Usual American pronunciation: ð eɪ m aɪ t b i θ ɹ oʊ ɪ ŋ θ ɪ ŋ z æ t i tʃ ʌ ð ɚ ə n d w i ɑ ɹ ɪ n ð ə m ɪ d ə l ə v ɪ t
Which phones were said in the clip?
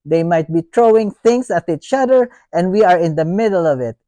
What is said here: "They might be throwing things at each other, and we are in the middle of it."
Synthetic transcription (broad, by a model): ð eɪ m aɪ t b i t ɹ oʊ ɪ ŋ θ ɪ ŋ s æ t i tʃ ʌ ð ɚ ə n d w i ɑ ɹ ɪ n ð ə m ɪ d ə l ə v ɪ t